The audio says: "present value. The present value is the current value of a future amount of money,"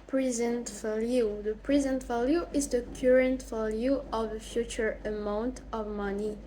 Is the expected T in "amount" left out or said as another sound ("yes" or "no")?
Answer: no